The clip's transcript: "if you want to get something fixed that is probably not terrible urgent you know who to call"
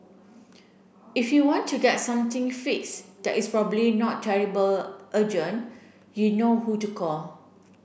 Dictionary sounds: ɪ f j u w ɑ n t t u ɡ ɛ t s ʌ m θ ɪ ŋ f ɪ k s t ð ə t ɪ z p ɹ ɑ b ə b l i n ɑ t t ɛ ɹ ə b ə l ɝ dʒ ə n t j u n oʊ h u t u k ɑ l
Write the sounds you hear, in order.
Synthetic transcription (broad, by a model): ɪ f j u w ɑ n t t u ɡ ɛ t s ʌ m t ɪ ŋ f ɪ k s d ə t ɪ s p ɹ ɑ b ə b l i n ɑ t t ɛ ɹ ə b ə l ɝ dʒ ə n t j u n oʊ h u t u k ɑ l